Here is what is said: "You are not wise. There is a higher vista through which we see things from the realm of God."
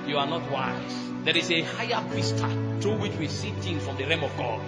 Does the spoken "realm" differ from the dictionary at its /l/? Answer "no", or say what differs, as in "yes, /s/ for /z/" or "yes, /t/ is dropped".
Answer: yes, /l/ is dropped